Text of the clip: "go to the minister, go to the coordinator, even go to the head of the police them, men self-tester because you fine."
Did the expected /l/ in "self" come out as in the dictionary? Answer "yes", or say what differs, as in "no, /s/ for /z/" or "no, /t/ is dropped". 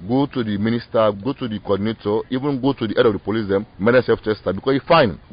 no, /l/ is dropped